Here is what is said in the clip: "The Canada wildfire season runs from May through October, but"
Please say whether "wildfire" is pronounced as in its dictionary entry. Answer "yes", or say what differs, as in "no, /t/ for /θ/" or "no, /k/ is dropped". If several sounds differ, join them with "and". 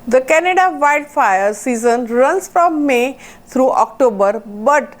no, /l/ is dropped